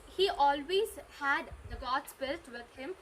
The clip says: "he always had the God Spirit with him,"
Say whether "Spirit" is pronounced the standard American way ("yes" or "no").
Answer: no